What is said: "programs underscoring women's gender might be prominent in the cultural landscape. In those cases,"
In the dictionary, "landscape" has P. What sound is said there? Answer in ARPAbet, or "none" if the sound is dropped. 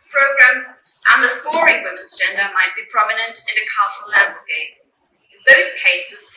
none